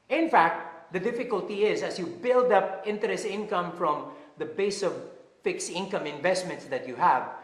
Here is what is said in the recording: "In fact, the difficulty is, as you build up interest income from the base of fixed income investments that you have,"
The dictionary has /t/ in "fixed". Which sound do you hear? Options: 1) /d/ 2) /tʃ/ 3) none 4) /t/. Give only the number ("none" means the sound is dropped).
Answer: 3